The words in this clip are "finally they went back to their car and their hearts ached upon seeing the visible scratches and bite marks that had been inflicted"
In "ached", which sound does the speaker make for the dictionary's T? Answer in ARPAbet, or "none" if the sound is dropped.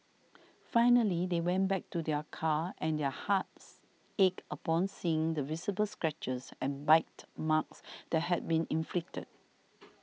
none